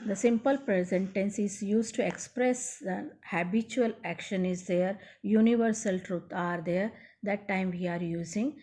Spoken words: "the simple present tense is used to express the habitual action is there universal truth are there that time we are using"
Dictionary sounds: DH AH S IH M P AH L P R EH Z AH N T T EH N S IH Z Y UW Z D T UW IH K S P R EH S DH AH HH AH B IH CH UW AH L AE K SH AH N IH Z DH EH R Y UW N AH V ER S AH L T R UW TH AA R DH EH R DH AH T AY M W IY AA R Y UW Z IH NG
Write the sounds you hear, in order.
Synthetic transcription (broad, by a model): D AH S IH M P AH L P R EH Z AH N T T EH N S IH Z Y UW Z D T UW IH K S P R EH S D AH HH AH B IH CH UW AH L AE K SH AH N IH Z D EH R Y UW N AH V ER S AH L T R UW T AA R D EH R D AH T AY M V IY AA R Y UW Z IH NG